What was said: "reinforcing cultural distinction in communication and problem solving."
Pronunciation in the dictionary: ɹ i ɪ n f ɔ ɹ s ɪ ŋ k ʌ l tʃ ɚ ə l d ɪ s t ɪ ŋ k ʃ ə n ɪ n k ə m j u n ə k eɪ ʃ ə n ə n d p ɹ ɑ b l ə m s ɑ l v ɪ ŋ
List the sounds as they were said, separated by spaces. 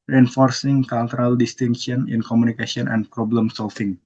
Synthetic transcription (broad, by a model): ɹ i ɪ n f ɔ ɹ s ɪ ŋ k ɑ l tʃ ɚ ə l d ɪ s t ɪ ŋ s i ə n ɪ n k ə m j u n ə k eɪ s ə n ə n p ɹ ɑ b l ə m s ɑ l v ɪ ŋ